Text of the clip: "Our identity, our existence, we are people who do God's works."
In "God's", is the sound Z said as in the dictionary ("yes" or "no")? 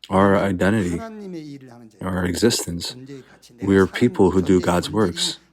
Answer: yes